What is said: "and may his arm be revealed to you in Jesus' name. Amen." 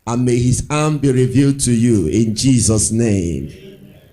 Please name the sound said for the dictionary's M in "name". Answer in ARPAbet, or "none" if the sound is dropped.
none